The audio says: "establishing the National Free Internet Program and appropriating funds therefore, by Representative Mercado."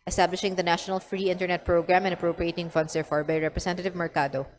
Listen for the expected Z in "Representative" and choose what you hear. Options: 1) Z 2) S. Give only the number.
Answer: 2